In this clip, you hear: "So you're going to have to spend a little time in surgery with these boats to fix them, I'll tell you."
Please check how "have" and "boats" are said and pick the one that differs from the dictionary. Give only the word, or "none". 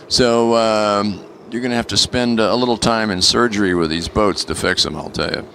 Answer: have